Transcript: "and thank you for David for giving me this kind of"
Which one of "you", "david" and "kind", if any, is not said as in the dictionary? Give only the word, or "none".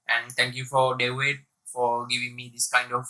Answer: david